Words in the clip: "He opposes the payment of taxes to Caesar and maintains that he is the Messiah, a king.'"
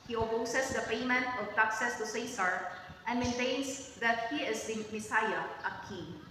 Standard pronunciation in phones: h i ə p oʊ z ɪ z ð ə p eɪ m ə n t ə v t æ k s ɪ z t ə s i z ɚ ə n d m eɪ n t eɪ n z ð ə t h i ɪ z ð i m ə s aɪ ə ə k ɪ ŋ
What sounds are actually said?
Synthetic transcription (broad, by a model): h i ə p oʊ s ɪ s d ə p eɪ m ə n t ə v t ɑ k s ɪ s t ə s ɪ s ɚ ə n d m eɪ n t eɪ n s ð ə t h i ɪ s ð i m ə s aɪ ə ə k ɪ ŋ